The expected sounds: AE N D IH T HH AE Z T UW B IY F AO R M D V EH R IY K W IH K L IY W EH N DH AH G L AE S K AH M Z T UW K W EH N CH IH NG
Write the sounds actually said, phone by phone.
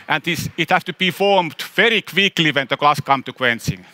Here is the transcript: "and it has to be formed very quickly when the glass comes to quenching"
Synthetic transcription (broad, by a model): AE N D IH T HH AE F T UW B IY F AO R M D V EH R IY K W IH K L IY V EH N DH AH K L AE S K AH M T UW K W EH N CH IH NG